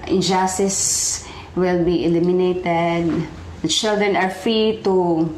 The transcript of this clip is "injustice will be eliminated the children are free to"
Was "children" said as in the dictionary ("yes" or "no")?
yes